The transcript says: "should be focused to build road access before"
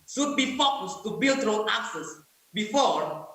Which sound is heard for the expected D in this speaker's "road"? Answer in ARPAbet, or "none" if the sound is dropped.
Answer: none